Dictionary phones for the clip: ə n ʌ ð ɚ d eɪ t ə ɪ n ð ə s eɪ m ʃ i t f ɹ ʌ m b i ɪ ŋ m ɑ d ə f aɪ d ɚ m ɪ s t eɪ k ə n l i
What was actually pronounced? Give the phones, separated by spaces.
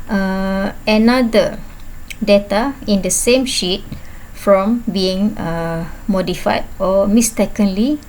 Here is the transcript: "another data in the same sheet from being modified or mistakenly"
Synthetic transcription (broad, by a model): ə n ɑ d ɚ d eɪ t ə ɪ n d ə s eɪ m ʃ i t f ɹ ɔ m b i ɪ ŋ m ɑ d ə f aɪ d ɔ m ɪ s t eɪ k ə n l i